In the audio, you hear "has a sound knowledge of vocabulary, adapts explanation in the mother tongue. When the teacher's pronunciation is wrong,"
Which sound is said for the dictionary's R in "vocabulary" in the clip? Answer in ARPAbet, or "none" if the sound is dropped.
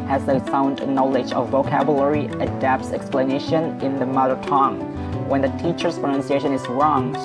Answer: R